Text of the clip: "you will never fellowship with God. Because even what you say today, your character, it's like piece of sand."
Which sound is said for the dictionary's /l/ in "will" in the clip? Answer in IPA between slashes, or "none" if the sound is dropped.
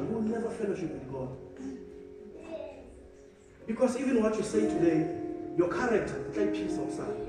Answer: /w/